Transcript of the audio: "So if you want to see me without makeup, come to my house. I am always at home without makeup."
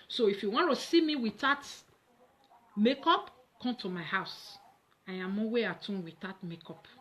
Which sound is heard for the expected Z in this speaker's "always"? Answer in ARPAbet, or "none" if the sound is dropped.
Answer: none